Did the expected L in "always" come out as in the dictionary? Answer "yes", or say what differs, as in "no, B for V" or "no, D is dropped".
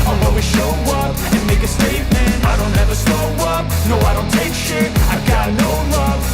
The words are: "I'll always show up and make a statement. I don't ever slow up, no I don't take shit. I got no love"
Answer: no, L is dropped